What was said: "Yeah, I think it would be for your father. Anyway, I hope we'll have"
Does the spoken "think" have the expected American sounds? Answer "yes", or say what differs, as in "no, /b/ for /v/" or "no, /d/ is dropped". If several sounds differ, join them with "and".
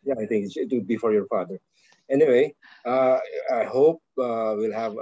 no, /t/ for /θ/